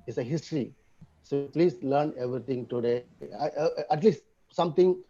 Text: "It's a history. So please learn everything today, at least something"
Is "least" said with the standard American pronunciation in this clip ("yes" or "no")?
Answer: yes